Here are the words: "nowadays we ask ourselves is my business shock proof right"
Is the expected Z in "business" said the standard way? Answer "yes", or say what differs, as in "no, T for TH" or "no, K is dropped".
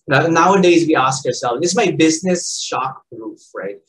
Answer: yes